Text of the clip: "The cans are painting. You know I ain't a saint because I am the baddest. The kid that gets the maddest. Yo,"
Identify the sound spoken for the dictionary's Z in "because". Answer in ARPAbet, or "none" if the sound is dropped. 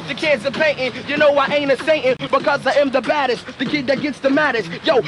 Z